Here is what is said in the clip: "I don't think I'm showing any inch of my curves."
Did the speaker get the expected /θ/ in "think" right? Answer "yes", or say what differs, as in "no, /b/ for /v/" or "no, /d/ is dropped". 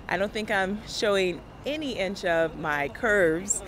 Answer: yes